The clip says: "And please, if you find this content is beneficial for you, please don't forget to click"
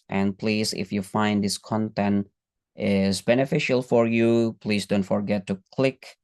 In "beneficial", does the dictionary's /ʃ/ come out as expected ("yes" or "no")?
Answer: yes